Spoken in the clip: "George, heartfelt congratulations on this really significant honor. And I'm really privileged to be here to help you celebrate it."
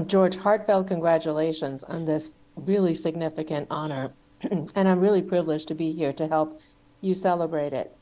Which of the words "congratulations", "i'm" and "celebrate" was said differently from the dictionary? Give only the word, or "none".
none